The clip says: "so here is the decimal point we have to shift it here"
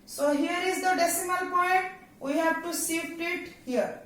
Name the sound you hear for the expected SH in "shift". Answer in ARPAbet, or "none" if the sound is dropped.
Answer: S